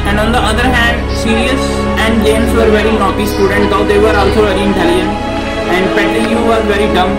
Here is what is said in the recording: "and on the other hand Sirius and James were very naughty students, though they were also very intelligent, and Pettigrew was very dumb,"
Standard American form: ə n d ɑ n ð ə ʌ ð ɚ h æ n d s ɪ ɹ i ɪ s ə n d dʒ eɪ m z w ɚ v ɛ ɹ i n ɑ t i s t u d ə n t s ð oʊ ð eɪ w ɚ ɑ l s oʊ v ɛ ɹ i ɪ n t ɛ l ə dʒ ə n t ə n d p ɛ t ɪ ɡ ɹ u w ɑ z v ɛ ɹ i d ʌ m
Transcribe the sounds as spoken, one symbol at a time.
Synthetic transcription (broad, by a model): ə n d ɑ n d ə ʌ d ɚ h æ n d s ɪ ɹ i ɪ s ə n d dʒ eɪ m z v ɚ v ɛ ɹ i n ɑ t i s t u d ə n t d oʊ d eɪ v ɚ ɑ l s oʊ v ɛ ɹ i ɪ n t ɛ l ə ə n ə n d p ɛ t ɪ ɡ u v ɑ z v ɛ ɹ i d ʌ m